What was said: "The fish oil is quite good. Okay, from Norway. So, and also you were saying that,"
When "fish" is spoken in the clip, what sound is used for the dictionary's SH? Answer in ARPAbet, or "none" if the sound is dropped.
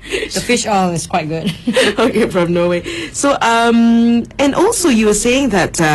SH